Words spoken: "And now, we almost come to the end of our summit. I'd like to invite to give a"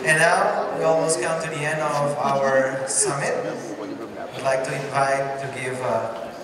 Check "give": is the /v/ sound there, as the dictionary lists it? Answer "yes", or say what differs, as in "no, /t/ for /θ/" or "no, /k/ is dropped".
yes